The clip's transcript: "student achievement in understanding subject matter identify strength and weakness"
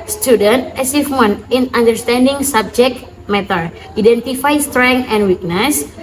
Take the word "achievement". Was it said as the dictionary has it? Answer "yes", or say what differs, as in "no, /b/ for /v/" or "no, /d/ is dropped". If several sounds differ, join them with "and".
no, /s/ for /tʃ/